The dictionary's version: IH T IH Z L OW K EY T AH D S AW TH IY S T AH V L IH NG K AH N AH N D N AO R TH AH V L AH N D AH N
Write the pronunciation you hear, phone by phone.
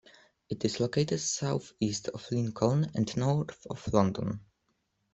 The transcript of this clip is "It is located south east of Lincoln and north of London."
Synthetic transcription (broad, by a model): IH T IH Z L OW K EY T AH D S AW TH IY S T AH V L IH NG K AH N AH N D N AO R TH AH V L AH N D AH N